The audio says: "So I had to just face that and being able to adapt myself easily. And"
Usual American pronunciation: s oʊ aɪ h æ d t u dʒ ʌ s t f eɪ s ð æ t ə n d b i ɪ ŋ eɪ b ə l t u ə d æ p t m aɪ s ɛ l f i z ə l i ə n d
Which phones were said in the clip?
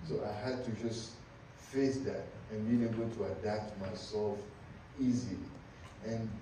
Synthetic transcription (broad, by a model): s oʊ aɪ h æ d t u dʒ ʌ s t f eɪ s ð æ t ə n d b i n eɪ b ə l t u ə d æ p t m aɪ s ɛ l f i z ə l i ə n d